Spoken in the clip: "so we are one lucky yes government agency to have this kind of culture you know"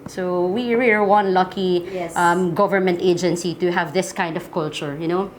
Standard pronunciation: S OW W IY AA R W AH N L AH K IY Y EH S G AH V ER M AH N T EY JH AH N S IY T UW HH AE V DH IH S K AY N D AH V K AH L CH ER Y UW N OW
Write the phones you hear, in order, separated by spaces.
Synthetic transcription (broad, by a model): S OW W IY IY L W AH N L AH K IY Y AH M G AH V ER M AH N T EY JH AH N S IY T UW HH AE V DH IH S K AY N D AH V K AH L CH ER Y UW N OW